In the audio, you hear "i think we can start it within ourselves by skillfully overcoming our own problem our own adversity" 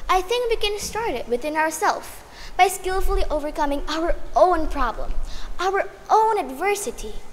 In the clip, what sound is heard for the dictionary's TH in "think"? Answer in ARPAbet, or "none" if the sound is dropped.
TH